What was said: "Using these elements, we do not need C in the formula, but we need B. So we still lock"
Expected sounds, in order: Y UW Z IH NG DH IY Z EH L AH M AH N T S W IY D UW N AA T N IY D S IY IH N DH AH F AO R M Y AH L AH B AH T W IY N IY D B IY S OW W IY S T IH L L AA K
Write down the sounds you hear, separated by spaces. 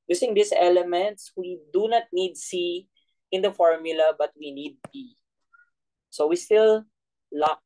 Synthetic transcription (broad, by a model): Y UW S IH NG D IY S EH L AH M AH N T S W IY D UW N AA T N IY D S IY IH N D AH F AO R M Y AH L AH B AH T W IY N IY D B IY S OW W IY S T IH L L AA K